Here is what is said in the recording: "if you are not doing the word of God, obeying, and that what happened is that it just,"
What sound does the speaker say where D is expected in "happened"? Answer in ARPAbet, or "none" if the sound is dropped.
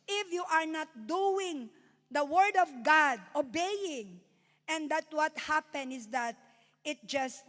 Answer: none